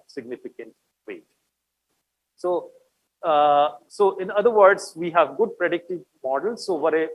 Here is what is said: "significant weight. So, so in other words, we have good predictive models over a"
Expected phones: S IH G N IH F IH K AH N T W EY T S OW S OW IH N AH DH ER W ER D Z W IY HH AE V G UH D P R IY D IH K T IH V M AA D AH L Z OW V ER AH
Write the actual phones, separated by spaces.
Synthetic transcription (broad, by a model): S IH G N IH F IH K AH N T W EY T S OW S OW IH N AH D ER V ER D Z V IY HH AE V G UH D P R IY D IH K T IH V M AA D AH L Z OW V ER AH